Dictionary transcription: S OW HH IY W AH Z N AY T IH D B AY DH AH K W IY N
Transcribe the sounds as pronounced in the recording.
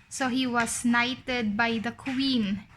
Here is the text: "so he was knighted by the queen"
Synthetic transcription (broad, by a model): S OW HH IY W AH S N AY T IH D B AY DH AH K W IY N